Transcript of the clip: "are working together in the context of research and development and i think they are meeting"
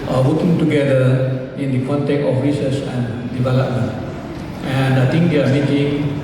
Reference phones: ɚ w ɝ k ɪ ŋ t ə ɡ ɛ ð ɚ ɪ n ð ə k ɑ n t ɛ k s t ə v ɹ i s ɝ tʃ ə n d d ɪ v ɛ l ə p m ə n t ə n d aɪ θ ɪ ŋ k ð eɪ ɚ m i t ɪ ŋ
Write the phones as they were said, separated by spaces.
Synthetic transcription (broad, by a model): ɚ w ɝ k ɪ ŋ t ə ɡ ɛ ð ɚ ɪ n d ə k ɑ n t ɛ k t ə f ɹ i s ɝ s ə n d d ɪ v ɛ l ə p m ə n t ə n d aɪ t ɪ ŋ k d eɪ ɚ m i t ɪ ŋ